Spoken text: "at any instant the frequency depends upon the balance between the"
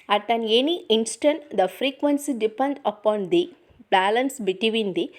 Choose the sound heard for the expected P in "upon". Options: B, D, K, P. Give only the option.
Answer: P